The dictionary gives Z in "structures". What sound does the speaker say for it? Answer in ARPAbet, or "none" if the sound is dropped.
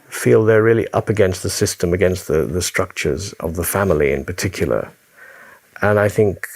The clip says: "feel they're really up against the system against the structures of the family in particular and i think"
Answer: Z